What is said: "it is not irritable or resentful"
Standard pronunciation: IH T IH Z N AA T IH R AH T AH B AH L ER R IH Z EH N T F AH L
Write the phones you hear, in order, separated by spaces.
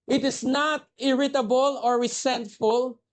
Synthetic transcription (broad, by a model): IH T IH S N AA T IH R AH T AH B AH L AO R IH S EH N T F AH L